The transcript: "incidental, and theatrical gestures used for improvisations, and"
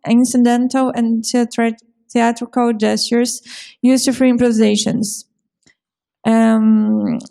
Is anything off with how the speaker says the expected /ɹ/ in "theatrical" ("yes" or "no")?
no